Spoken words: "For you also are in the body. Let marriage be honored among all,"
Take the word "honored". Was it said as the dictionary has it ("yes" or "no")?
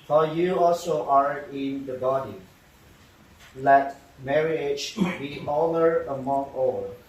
no